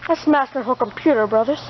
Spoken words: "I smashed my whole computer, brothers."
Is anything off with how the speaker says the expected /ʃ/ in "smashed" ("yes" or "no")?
yes